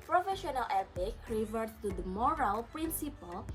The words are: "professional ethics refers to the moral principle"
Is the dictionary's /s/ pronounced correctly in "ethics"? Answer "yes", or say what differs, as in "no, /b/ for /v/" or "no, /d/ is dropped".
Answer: no, /s/ is dropped